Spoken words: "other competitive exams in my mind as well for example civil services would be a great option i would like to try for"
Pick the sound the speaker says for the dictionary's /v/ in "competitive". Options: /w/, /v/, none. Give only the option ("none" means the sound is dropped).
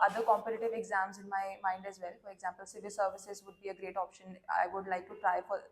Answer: /v/